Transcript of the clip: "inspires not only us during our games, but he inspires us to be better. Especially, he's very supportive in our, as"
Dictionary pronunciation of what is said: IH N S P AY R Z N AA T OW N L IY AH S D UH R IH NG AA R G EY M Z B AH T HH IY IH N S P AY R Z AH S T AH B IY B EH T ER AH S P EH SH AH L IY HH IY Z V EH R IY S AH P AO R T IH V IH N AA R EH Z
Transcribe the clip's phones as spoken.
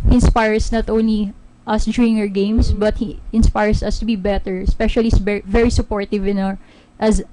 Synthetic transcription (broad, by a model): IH N S P AY R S N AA T OW N L IY AH S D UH IH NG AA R G EY M S B AH T HH IY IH N S P AY R S AH S T AH B IY B EH T ER AH S P EH SH AH L IY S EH V EH R IY S AH P AO R T IH V IH N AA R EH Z